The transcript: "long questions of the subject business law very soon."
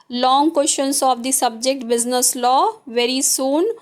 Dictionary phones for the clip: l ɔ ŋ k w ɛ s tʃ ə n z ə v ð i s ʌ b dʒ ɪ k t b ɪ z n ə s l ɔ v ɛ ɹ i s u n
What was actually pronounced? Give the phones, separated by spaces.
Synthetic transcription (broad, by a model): l ɔ ŋ k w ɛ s ʃ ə n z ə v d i s ʌ b dʒ ɪ k t b ɪ z n ə s l ɔ v ɛ ɹ i s u n